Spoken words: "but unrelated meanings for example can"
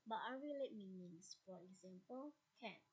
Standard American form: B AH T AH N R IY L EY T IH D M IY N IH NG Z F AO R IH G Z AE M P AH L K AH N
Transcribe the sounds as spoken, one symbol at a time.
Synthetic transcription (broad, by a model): B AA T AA R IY L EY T M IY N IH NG S F AO R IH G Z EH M P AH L K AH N